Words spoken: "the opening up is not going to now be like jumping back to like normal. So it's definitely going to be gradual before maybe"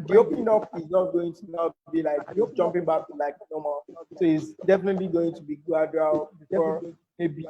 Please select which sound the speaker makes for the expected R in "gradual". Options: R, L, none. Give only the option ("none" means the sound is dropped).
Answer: none